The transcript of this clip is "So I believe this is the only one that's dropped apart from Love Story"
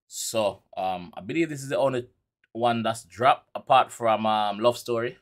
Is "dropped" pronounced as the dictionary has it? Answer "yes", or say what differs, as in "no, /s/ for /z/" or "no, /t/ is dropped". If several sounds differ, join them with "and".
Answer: no, /t/ is dropped